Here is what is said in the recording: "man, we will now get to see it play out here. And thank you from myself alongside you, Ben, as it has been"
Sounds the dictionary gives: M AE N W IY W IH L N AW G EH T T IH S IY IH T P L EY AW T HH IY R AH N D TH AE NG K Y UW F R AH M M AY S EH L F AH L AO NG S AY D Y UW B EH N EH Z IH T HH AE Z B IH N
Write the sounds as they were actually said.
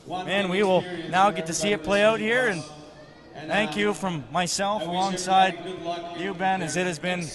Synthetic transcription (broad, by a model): M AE N W IY W IH L N AW G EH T T IH S IY IH T P L EY AW T HH IY R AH N TH AE NG K Y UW F R AH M M AY S EH L F AH L AO NG S AY D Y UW B EH N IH Z IH T HH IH Z B IH N